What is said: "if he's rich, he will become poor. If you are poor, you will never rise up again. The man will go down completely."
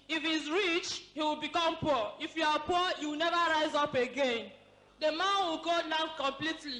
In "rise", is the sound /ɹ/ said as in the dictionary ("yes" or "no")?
yes